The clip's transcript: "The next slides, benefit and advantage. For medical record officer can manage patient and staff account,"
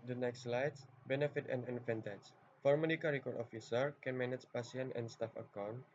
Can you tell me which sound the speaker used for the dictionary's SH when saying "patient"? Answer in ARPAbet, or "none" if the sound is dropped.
S